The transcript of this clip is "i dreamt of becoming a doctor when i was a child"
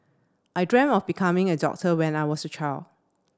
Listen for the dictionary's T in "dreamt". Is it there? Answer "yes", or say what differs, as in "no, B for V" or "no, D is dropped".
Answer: no, T is dropped